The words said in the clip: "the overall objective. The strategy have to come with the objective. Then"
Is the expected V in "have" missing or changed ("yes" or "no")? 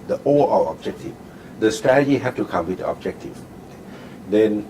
yes